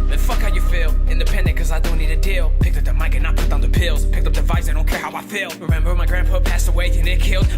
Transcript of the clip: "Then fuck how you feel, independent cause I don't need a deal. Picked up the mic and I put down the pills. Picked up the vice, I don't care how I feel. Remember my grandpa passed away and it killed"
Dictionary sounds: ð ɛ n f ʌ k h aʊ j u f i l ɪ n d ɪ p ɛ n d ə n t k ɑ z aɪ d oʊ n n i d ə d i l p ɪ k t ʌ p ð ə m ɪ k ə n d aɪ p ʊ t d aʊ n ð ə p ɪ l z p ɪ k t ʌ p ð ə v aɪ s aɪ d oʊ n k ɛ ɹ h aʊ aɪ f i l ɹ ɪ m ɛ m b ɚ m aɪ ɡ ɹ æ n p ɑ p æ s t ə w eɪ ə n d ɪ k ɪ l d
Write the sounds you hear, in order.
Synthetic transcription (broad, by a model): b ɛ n f ʌ k h aʊ j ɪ f i l ɪ n d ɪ p ɛ n d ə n k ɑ z aɪ d oʊ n n i d ə d i l p ɪ k t ʌ p ð ə m ɪ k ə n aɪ p ʊ t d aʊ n ð ə p ɪ l z p ɪ k t ʌ p ð ə v aɪ s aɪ d oʊ n k ɛ ɹ h aʊ aɪ f i l ɹ ɪ m ɛ m b ɚ m aɪ ɡ ɹ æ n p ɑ p æ s t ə w eɪ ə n ɪ k ɪ l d